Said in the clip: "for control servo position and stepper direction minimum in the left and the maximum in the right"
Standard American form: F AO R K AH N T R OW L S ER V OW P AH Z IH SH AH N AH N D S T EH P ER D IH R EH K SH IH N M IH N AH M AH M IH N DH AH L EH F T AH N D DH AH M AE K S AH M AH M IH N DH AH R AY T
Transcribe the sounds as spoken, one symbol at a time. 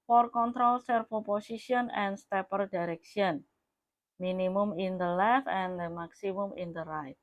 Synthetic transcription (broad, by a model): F AO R K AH N T R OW L S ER F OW P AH S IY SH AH N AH N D S T EH P ER D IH R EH K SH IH N M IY N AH M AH M IH N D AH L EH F AH N D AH M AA K S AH M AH M IH N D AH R AY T